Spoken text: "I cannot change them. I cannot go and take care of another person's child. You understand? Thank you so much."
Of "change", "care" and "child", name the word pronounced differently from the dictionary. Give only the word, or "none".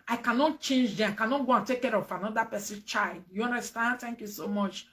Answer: none